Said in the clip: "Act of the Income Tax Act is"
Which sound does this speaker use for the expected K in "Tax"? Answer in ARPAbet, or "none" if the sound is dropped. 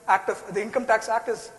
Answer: K